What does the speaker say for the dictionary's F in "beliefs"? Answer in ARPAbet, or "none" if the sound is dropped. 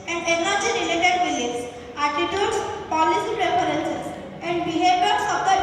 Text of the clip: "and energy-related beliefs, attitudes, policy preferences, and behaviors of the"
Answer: none